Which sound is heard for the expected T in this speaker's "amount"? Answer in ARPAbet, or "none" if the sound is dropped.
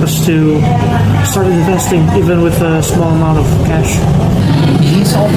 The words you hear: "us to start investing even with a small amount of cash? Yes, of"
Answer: T